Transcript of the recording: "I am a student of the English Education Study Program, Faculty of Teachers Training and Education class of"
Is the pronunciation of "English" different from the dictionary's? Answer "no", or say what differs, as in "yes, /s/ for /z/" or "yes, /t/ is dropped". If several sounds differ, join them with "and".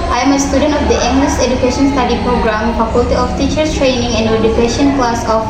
yes, /s/ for /ʃ/